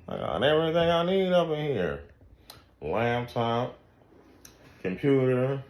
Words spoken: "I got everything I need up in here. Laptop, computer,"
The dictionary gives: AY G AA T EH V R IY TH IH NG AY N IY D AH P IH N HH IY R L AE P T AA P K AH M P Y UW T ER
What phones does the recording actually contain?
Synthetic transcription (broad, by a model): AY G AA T EH V R IY TH IH NG AY N IY D AH P IH N HH IY R L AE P T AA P K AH M P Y UW T ER